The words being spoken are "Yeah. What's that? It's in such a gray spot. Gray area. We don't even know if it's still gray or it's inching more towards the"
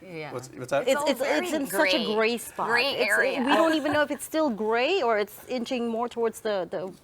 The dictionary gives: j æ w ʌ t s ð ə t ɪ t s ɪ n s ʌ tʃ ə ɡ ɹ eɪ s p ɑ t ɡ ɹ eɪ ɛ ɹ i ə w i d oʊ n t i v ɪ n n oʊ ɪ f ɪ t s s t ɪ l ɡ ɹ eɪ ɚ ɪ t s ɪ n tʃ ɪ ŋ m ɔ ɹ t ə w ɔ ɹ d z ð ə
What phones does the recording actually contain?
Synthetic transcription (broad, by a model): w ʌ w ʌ s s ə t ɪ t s ɪ n s ʌ tʃ ə ɡ ɹ eɪ s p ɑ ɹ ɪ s w i d oʊ n t i v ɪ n n oʊ ɪ f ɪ t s s t ɪ l ɡ ɹ eɪ ɚ ɪ t s ɪ n tʃ ɪ ŋ m ɔ ɹ t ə w ɔ ɹ d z ð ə